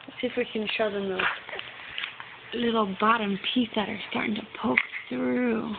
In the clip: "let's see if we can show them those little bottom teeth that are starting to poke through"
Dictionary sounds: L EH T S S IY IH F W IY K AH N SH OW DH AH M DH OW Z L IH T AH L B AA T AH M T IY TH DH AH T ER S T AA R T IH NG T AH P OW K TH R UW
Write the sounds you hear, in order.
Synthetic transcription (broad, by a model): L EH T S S IH F W IY K AH N SH OW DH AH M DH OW S L IH T L B AA T AH M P IY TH DH AH T ER S T AA R T IH NG T AH P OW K TH R UW